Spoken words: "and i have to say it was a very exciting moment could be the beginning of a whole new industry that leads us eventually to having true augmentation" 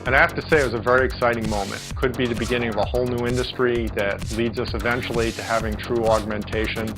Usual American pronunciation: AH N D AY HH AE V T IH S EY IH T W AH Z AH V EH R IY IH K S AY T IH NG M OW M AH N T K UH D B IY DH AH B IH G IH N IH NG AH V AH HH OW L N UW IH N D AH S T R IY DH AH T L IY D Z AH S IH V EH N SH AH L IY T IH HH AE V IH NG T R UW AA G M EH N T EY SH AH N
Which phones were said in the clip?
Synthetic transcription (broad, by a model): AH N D AY HH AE F T IH S EY IH T W AH Z AH V EH R IY IH K S AY T IH NG M OW M AH N T K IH D B IY DH AH B IH G IH N IH NG AH V AH HH OW L N UW IH N D AH S T R IY DH AH T L IY D Z AH S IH V EH N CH L IY T IH HH AE V IH NG T R UW AA G M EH N T EY SH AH N